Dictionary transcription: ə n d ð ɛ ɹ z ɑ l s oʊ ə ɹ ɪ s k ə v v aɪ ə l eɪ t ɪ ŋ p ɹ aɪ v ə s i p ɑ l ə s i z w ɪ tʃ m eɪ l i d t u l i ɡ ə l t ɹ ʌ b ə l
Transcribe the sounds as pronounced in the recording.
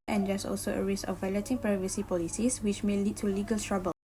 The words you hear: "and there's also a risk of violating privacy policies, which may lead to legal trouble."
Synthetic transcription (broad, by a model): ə n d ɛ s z ɑ l s oʊ ə ɹ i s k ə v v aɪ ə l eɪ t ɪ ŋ p ɹ aɪ v ə s i p ɑ l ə s i s w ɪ tʃ m eɪ l i d t u l i ɡ ə l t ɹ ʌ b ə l